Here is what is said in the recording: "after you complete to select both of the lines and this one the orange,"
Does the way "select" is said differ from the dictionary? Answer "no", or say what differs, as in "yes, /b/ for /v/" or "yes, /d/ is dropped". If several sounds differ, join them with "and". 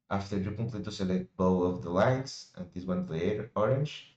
yes, /k/ is dropped